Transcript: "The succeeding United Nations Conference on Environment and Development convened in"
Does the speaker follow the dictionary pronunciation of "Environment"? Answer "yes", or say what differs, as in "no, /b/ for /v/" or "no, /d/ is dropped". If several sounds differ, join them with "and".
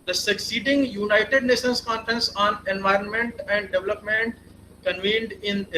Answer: yes